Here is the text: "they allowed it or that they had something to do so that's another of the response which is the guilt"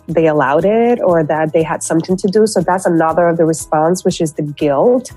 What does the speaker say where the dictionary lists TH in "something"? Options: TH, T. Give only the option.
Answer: TH